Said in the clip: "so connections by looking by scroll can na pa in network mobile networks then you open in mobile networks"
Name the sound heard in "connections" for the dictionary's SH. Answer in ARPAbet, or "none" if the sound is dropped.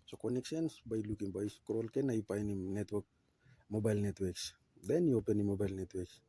S